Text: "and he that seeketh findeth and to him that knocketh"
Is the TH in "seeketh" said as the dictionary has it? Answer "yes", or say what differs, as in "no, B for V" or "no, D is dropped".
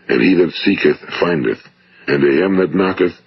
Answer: yes